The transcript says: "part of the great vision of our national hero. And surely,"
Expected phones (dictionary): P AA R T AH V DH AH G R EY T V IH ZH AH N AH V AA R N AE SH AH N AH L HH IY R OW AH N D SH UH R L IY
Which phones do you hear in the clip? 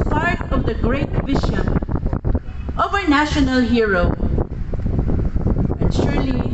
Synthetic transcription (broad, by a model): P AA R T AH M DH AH G R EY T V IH SH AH N AH V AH R N AE SH AH N AH L HH IY R OW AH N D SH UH R L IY